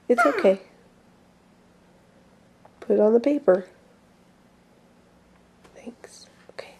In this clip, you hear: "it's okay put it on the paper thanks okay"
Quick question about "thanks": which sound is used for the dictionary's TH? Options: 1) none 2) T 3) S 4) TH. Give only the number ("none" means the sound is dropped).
4